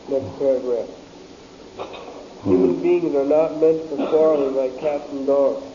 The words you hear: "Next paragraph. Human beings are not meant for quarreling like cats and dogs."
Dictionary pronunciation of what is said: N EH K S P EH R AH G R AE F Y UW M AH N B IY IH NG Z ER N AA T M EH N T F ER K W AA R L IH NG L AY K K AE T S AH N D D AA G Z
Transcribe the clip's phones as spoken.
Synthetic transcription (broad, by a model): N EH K S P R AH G R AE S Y UW M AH N B IY IH NG Z ER N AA T M EH N T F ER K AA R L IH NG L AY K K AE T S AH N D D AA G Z